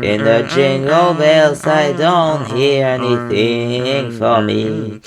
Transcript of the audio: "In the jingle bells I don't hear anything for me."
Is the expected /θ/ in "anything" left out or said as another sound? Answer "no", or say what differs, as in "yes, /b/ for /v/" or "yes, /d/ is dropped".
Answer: no